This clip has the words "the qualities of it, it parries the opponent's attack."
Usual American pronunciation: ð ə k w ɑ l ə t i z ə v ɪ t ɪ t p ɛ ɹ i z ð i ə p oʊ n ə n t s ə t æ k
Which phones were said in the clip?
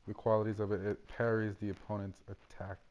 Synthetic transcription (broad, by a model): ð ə k w ɑ l ə t i z ə v ɪ t ɪ t p ɛ ɹ i z ð i ə p oʊ n ə n t s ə t æ k